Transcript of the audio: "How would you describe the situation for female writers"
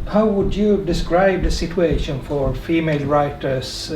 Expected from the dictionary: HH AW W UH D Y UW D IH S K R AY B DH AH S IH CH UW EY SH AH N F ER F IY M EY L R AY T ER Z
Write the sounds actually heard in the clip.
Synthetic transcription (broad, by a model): HH AW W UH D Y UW D IH S K R AY B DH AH S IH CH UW EY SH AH N F ER F IY M EY L R AY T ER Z